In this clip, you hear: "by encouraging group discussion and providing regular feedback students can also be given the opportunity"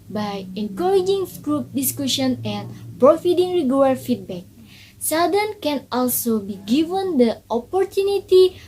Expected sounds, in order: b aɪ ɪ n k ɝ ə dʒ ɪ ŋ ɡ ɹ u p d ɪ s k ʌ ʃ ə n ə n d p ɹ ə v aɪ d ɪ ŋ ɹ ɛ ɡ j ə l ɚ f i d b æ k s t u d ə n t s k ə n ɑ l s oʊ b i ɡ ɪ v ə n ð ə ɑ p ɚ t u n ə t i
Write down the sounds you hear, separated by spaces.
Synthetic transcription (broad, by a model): b aɪ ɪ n k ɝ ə dʒ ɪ ŋ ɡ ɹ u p d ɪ s k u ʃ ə n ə n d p ɹ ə f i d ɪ ŋ ɹ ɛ ɡ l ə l f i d b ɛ k s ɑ d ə n k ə n ɑ l s oʊ b i ɡ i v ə n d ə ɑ p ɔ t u n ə t i